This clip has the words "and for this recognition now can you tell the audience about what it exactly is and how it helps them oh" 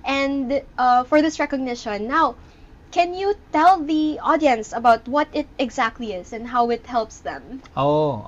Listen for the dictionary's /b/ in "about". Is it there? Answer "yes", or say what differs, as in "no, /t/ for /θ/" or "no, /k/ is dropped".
yes